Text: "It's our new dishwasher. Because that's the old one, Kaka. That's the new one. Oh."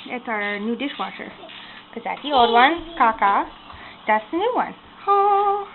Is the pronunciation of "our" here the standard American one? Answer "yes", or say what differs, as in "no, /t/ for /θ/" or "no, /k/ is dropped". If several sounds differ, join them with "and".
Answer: yes